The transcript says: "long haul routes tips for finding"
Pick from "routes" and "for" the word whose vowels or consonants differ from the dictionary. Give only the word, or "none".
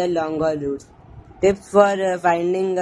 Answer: routes